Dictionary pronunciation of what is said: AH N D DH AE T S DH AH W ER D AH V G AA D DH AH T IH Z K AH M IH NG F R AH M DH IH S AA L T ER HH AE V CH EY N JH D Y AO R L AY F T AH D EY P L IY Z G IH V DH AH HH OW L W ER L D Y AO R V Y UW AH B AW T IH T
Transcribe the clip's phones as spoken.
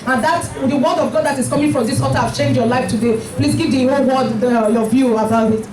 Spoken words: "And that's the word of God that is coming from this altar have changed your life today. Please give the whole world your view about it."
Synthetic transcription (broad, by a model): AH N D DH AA T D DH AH W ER D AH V G AA D DH AH T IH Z K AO M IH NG F R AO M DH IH S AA T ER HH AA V CH EY N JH Y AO L AY F T AH D EY P L IY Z G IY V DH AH HH OW L W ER D Y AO V Y UW AH B AW T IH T